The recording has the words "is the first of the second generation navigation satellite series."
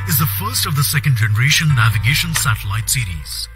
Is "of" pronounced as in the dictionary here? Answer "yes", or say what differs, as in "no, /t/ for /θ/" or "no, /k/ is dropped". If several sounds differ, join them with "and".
yes